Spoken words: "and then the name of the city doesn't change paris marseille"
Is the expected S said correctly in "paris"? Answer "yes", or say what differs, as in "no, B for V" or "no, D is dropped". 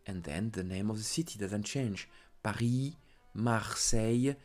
no, S is dropped